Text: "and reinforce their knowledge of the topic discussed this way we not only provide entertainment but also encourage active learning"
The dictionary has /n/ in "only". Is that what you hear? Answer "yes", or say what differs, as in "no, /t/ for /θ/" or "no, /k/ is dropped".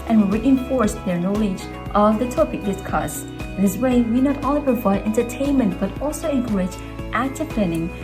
no, /n/ is dropped